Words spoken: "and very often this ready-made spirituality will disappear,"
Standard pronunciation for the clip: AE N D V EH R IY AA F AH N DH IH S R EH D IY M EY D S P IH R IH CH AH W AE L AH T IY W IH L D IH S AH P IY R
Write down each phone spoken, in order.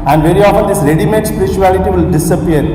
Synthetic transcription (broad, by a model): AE N D V EH R IY AA F AH N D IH S L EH D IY M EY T S P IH R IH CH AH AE L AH T IY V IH L D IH S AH P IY R